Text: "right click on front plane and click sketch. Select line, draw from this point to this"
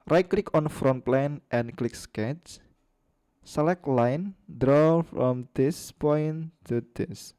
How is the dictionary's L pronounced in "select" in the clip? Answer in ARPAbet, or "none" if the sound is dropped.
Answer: L